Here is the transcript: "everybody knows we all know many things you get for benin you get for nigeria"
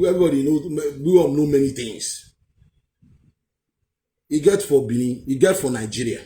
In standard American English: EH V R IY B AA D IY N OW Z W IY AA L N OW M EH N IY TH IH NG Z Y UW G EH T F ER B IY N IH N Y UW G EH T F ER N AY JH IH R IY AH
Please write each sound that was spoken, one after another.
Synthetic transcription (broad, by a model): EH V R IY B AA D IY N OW W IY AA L N OW M EH N IY T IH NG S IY G EH T F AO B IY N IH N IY G EH T F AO N AY JH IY R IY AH